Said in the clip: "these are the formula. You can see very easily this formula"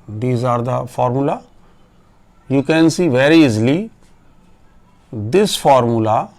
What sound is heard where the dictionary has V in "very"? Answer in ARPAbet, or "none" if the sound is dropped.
V